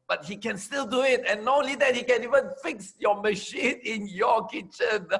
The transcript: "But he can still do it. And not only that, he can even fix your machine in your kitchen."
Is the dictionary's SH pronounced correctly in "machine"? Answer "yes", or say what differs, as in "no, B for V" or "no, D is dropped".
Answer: yes